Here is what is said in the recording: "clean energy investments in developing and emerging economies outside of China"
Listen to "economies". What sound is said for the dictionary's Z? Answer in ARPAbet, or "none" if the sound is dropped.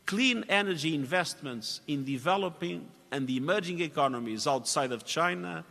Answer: Z